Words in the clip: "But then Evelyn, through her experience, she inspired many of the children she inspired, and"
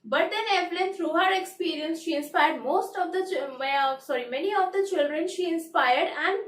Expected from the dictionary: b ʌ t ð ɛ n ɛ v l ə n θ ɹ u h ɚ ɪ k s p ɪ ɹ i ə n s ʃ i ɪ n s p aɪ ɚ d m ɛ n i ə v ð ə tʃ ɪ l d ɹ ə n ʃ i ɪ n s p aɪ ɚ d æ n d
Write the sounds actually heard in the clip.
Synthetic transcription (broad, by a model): b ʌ t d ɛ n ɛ p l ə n t ɹ u h ɚ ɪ k s p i ɹ i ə n s ʃ i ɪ n s p aɪ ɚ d m ɛ n i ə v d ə tʃ ɪ l d ɹ ə n ʃ i ɪ n s p aɪ ɚ d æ n d